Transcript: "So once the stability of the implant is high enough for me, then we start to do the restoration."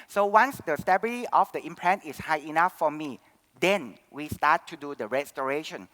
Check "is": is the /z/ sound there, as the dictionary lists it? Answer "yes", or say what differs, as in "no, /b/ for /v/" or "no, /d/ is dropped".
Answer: no, /s/ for /z/